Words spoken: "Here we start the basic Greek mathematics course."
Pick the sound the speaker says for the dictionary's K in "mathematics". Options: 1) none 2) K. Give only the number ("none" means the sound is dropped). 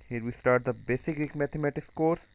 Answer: 1